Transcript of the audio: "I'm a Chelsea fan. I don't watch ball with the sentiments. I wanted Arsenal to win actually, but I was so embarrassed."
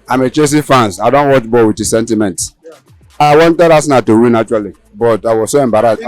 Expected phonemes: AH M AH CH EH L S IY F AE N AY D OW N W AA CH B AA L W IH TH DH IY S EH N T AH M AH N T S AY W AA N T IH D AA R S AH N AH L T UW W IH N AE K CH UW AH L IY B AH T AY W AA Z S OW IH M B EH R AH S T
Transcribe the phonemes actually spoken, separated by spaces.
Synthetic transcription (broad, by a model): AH M AH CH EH S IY F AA N AY D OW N W AA CH B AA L W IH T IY S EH N T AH M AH N T AY W AA N T IH D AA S N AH T UW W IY N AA CH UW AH L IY B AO T AY W AA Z S OW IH M B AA R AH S